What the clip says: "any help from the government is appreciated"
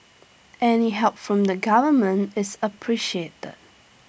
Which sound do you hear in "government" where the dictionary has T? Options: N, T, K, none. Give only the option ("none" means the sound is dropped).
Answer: T